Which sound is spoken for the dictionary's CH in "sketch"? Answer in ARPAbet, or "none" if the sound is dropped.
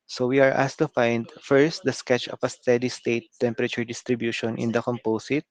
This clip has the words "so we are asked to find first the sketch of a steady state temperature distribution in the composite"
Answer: CH